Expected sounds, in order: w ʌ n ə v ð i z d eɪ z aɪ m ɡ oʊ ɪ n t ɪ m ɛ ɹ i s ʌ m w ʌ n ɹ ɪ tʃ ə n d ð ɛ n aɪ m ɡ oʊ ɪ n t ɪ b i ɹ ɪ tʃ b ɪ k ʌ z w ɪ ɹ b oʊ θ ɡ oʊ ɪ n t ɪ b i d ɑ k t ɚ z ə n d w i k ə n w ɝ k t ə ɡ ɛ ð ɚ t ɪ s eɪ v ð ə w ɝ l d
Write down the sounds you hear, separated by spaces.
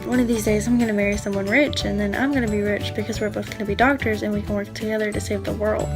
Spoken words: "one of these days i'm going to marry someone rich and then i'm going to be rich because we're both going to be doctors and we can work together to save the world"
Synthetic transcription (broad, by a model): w ʌ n ə v ð i z d eɪ z aɪ m ɡ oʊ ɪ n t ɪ m ɛ ɹ i s ʌ m w ʌ n ɹ ɪ tʃ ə n ð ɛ n aɪ m ɡ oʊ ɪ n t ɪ b i ɹ ɪ tʃ b ɪ k ʌ z w ɪ ɹ b oʊ θ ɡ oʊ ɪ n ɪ b i d ɑ k t ɚ z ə n w i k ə n w ɝ k t ə ɡ ɛ ð ɚ t ɪ s eɪ v ð ə w ɝ l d